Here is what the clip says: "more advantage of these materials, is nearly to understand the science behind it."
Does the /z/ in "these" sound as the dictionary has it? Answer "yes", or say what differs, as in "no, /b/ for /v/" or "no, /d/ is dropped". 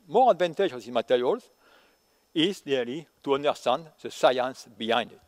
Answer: no, /z/ is dropped